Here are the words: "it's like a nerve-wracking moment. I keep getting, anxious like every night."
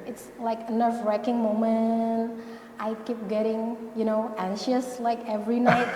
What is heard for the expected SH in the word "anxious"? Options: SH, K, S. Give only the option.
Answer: SH